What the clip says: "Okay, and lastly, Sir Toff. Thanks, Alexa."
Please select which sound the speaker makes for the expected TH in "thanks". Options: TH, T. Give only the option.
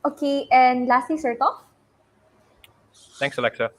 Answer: T